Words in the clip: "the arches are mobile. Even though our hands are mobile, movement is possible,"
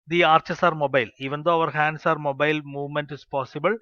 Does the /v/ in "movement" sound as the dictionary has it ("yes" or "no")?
yes